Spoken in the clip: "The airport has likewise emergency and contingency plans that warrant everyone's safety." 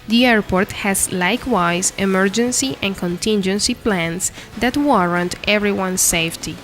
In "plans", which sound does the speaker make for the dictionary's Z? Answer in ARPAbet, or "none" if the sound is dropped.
S